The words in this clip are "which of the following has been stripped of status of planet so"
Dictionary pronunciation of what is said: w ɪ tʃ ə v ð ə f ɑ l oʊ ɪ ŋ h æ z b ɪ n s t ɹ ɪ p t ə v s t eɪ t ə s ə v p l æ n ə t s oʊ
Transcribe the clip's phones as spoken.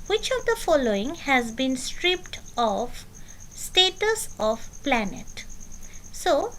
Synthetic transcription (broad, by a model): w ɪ tʃ ə v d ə f ɑ l oʊ ɪ ŋ h æ z b ɪ n s t ɹ ɪ p t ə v s t eɪ t ə s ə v p l æ n ə t s oʊ